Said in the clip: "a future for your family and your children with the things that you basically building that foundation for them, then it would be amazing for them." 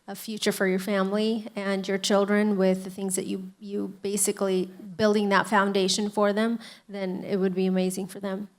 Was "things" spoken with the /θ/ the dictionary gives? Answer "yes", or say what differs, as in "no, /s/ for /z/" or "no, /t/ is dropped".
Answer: yes